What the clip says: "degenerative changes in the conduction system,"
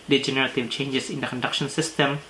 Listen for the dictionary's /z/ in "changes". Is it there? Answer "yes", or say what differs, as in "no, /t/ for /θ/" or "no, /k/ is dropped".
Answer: no, /s/ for /z/